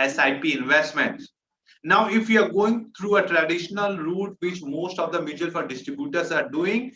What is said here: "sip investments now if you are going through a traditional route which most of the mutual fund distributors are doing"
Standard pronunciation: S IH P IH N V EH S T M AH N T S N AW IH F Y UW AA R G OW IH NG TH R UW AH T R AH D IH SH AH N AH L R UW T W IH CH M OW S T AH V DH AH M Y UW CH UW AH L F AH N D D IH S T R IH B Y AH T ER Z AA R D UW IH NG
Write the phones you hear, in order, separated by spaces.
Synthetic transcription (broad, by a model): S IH P IH N V EH S T M AH N T S N AW IH F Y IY AA R G OW IH NG T R UW AH T R AH D IH SH AH N AH L R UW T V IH CH M OW S T AH V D AH M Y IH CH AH L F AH D D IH S T R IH B Y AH T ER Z AA R D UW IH NG